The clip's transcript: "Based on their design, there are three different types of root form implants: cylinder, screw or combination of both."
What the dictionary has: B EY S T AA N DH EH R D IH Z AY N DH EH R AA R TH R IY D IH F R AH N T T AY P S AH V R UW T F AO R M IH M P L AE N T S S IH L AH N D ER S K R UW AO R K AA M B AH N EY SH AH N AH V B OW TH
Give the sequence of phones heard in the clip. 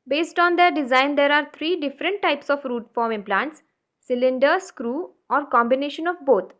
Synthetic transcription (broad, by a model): B EY S T AA N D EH R D IH Z AY N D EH R AA R T R IY D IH F R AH N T T AY P S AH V R UW T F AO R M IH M P L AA N T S S IH L AH N D ER S K R UW AO R K AA M B AH N EY SH AH N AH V B OW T